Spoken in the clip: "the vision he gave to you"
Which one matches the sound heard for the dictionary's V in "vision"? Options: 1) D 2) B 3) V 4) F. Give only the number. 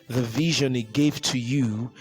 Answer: 3